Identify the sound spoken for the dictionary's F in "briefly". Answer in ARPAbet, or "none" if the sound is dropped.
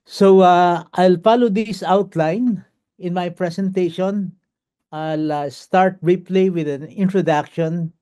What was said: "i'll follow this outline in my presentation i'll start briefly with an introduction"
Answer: P